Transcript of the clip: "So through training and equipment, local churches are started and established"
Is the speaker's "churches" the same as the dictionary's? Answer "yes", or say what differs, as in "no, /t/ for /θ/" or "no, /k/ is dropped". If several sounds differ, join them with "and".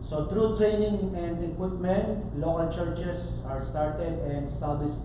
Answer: no, /s/ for /z/